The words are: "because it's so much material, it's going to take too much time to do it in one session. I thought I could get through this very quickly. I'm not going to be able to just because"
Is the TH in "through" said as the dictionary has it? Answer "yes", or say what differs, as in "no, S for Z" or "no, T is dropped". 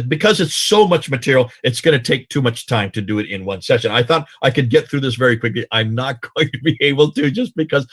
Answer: yes